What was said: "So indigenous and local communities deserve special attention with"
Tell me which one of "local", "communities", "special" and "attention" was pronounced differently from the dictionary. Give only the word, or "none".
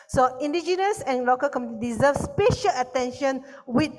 communities